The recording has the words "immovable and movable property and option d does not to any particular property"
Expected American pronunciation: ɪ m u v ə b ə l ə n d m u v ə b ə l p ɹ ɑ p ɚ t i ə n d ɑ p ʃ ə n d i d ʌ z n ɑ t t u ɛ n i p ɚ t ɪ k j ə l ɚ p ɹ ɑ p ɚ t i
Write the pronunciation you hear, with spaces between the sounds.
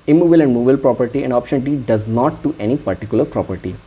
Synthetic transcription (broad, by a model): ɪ m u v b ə l ə n d m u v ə ə l p ɹ ɑ p ɚ t i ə n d ɑ p ʃ ə n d i d ʌ z n ɑ t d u ɛ n i p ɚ t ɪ k j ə l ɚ p ɹ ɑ p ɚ t i